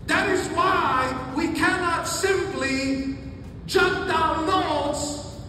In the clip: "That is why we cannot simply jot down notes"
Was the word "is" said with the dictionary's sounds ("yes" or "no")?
yes